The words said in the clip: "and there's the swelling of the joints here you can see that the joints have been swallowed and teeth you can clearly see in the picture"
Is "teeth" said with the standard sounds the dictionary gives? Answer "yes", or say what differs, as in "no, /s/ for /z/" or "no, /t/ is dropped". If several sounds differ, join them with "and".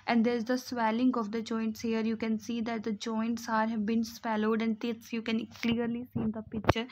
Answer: no, /s/ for /θ/